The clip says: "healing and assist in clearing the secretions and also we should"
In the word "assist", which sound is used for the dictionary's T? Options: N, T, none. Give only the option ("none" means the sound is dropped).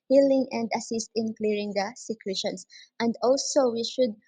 T